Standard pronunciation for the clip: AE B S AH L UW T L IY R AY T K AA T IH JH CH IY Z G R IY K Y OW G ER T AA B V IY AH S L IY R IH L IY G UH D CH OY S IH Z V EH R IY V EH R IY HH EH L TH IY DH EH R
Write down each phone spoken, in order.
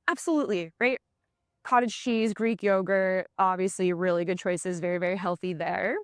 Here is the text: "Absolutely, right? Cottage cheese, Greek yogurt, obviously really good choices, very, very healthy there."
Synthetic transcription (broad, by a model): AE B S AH L UW T L IY R AY T K AA T IH JH CH IY Z G R IY K Y OW G ER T AA B V IY AH S L IY R IH L IY G UH D CH OY S IH Z V EH R IY V EH R IY HH EH L TH IY DH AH R